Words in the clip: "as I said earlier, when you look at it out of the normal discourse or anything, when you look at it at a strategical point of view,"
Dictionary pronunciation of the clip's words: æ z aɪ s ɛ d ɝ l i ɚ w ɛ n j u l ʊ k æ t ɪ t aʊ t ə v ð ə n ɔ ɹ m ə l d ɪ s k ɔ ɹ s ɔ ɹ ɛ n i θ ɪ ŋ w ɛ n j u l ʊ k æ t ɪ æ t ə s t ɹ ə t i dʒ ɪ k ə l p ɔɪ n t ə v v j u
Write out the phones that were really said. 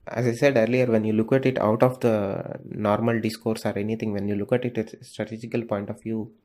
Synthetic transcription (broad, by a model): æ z aɪ s ɛ d ɝ l i ɚ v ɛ n j u l ʊ k æ t ɪ t aʊ t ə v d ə n ɔ ɹ m ə l d ɪ s k ɔ ɹ s ɔ ɹ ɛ n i t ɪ ŋ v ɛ n j u l ʊ k æ t ɪ t ə s t ɹ ə t i dʒ ɪ k ə l p ɔɪ n t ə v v j u